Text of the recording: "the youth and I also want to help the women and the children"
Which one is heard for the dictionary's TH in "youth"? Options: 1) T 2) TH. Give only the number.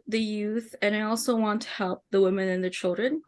2